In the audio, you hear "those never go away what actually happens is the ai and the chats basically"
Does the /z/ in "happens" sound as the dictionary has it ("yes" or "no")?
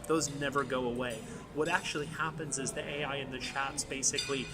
yes